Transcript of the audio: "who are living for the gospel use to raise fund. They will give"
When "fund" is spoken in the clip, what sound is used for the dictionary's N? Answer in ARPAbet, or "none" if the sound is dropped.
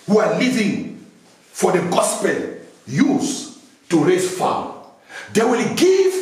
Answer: none